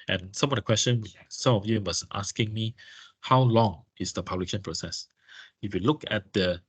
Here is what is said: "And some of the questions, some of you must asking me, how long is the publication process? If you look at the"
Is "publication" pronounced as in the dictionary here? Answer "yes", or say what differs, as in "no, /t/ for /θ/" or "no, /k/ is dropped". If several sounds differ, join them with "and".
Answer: no, /k/ is dropped